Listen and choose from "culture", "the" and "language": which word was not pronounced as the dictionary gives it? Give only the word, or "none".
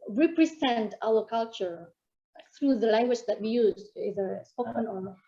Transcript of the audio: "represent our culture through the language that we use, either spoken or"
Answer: none